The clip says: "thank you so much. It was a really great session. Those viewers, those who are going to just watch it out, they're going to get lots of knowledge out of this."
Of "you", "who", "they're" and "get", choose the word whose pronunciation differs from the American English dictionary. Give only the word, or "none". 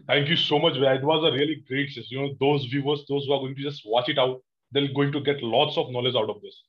they're